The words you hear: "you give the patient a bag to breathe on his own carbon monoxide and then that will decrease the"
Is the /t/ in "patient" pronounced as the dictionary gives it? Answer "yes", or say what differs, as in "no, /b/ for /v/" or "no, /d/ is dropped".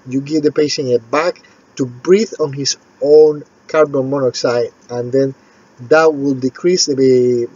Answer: no, /t/ is dropped